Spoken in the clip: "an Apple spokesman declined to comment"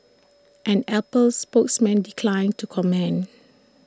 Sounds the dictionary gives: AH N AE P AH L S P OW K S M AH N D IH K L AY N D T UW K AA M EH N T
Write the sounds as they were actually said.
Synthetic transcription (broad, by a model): AH N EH P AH L S P OW K S M AH N D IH K L AY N T UW K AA M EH N